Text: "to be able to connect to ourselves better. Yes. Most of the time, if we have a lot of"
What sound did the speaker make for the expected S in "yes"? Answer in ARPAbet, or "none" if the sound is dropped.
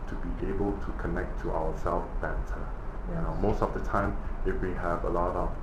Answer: none